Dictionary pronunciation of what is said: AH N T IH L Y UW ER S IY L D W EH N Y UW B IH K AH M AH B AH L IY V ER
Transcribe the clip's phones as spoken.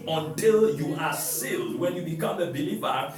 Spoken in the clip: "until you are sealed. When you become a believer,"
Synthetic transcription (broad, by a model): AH N T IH L Y UW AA S IY L D W EH N Y UW B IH K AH M AH B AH L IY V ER